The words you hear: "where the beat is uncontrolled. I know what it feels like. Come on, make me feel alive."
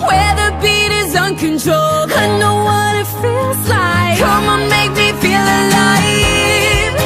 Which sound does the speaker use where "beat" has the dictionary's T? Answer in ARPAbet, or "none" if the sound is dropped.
T